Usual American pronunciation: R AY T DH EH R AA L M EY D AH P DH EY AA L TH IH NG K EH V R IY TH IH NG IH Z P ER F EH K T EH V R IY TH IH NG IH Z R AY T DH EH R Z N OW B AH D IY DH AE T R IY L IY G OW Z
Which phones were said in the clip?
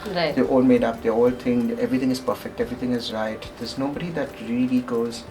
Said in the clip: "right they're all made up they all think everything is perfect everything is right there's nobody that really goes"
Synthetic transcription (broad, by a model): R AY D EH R AA L M EY D AH P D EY AA L T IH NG EH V R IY T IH NG IH Z P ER F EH K T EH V R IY T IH NG IH Z R AY T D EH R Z N OW B AH D IY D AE T R IY L IY G OW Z